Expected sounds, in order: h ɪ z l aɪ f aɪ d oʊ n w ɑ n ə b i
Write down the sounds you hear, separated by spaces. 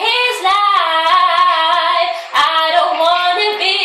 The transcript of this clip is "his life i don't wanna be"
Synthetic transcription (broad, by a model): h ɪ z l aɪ aɪ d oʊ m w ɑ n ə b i